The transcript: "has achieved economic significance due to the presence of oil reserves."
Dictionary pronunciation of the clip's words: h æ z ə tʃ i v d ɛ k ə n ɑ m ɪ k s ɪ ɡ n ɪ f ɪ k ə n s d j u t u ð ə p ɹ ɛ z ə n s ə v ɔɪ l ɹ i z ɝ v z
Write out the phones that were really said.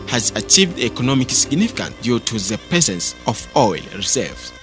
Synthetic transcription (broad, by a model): h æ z ə tʃ i v d ɛ k ə n ɑ m ɪ k s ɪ ɡ n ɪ f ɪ k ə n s d j u t u ð ə p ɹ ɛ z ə n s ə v ɔɪ l ɹ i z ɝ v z